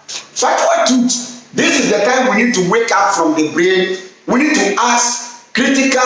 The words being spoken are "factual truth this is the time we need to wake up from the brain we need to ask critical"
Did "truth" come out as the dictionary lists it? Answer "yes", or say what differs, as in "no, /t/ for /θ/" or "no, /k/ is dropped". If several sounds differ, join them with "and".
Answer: no, /ɹ/ is dropped and /t/ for /θ/